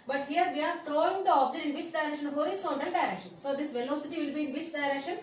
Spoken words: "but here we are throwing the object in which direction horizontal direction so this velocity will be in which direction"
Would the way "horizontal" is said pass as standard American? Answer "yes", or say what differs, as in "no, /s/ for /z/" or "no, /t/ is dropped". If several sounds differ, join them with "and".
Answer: no, /ɹ/ is dropped and /s/ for /z/